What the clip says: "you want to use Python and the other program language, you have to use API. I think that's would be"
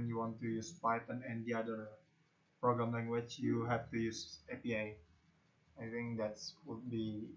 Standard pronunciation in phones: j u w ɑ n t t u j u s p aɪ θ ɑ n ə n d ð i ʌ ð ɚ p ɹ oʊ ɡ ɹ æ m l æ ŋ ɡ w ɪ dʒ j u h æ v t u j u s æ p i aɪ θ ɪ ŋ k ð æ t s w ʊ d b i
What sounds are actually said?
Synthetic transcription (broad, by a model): j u w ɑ n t t u j u s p aɪ t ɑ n ə n d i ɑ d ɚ p ɹ oʊ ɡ ɹ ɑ m l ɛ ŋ w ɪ tʃ j u h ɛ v t u j u s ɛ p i aɪ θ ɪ ŋ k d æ t s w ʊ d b i